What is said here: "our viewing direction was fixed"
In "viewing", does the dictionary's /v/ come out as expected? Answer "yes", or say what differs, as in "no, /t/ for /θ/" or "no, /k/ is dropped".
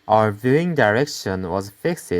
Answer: yes